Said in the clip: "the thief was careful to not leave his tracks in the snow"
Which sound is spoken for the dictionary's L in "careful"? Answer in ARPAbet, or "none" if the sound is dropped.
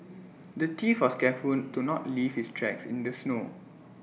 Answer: N